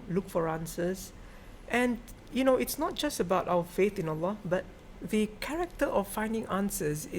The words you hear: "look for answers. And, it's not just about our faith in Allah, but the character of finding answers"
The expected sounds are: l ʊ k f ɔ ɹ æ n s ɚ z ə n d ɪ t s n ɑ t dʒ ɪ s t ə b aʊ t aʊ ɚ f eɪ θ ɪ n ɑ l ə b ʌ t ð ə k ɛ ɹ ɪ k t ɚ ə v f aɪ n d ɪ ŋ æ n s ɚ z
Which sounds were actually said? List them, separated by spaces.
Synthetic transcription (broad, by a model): l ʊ k f ɔ ɹ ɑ n s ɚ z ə n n ɪ t s n ɑ t dʒ ɪ s t ə b aʊ t aʊ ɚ f eɪ θ ɪ n ɑ l ə b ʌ t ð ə k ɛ ɹ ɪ k t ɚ ə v f aɪ n d ɪ ŋ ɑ n s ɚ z